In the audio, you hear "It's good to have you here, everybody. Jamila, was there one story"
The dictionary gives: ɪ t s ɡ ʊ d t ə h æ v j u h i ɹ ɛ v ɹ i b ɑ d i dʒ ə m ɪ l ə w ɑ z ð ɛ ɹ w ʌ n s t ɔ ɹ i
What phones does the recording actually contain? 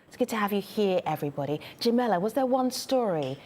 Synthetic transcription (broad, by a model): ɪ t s ɡ ʊ d t ə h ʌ v j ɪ h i ɹ ɛ v ɹ i b ɑ d i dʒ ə m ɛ l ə w ɑ z ð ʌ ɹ w ʌ n s t ɔ ɹ i